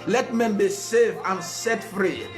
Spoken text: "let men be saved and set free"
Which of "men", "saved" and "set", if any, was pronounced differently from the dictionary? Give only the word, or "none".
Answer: saved